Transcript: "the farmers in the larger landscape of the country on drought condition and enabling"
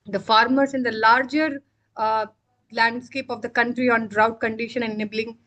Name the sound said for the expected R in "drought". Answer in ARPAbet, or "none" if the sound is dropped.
R